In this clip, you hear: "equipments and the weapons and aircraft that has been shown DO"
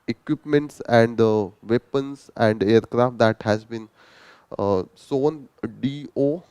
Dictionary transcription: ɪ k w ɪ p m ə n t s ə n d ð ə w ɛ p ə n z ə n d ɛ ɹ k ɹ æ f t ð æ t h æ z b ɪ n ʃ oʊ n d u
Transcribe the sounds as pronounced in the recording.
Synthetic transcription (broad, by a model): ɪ k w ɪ p m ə n t s ə n d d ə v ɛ p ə n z ə n d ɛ ɹ k ɹ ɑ f t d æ t h æ z b ɪ n s oʊ n d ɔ